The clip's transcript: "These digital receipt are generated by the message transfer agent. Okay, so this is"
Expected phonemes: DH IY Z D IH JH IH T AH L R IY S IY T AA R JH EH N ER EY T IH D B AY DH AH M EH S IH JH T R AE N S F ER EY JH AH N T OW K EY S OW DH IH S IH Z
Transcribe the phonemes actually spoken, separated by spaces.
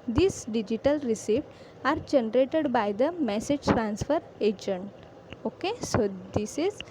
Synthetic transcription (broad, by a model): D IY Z D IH JH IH T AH L R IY S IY T AA R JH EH N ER EY T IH D B AY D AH M EH S IH JH T R AE N S F ER EY JH AH N T OW K EY S OW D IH S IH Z